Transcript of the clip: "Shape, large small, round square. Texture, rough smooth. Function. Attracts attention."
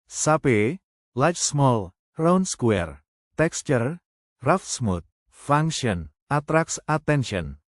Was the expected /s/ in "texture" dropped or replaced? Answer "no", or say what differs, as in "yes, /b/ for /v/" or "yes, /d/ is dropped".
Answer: no